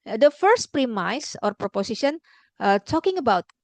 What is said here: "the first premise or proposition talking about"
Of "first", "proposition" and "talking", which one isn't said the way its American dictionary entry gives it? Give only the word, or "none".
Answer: proposition